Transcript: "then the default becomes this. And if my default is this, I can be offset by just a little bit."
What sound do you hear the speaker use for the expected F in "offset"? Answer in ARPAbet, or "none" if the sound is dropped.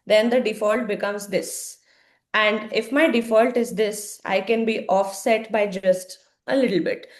F